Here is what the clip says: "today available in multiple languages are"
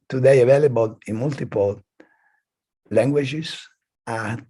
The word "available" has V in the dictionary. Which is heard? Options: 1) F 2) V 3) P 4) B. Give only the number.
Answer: 2